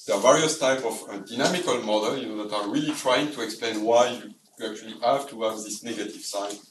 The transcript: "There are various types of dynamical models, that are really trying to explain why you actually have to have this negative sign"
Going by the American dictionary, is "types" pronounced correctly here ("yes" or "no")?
no